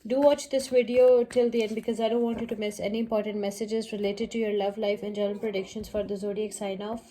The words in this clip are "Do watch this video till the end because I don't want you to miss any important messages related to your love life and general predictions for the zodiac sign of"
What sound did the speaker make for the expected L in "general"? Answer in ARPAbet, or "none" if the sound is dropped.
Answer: N